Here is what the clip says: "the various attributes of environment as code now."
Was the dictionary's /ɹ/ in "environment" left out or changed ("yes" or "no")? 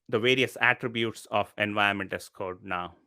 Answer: yes